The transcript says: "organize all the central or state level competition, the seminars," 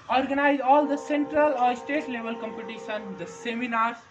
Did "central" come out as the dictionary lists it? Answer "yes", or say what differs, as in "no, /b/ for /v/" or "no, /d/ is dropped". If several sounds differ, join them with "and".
yes